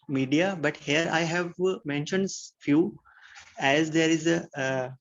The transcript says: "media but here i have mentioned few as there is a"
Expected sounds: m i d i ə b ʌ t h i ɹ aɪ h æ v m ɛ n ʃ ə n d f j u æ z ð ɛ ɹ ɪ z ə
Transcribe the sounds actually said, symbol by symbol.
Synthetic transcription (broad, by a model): m i d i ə b ʌ t h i ɹ aɪ h æ v m ɛ n ʃ ə n d f j u æ z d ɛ ɹ ɪ z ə